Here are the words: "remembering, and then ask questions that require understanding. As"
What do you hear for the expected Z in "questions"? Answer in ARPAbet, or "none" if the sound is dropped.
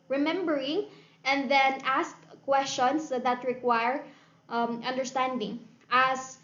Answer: S